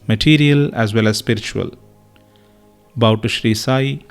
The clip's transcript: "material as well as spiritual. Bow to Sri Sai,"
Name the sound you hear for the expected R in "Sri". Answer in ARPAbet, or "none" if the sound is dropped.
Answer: R